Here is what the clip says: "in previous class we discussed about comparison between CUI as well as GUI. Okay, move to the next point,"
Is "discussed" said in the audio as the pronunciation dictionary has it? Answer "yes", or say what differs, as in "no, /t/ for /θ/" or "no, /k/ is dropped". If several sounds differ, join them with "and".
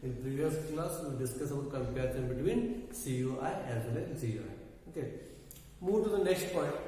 no, /t/ is dropped